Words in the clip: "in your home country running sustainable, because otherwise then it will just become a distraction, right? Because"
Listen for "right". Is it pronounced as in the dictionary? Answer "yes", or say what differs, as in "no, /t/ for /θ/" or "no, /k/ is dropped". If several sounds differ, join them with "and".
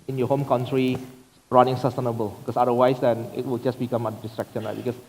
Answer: no, /l/ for /ɹ/